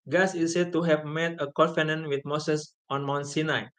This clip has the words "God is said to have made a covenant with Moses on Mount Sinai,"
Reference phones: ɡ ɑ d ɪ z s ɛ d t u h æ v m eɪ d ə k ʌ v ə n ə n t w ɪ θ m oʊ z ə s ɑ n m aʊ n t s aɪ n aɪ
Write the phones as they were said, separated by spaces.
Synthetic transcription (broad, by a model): ɡ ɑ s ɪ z s ɛ d t u h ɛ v m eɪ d ə k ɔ f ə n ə n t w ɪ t m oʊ s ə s ɑ n m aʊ n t s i n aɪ